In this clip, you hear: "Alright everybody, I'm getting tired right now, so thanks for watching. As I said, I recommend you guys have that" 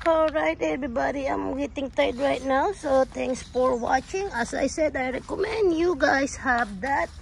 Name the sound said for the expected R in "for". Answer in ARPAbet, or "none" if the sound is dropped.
R